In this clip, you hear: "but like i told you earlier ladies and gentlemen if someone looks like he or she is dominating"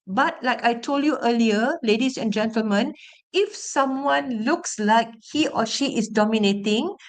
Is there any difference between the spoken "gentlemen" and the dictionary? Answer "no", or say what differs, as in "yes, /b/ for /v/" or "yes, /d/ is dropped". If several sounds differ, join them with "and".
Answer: no